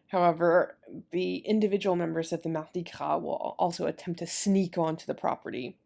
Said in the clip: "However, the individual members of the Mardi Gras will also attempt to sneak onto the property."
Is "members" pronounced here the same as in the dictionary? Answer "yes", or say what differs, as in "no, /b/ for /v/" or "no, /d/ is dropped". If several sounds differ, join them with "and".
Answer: yes